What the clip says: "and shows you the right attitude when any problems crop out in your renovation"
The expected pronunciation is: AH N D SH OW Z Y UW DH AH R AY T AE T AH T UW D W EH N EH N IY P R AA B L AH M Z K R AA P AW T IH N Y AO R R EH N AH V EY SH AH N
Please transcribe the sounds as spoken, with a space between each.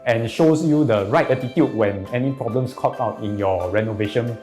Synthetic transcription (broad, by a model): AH N SH OW S Y UW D AH R AY T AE T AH T UW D W EH N EH N IY P R AA B L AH M S K AA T AW T IH N Y AO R R EH N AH V EY SH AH N